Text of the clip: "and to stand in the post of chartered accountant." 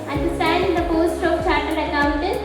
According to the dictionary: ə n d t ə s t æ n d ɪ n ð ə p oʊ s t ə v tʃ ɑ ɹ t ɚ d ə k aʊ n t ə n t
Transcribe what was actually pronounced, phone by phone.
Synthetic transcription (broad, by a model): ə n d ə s t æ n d ɪ n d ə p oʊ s t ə p tʃ ɑ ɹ t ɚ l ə k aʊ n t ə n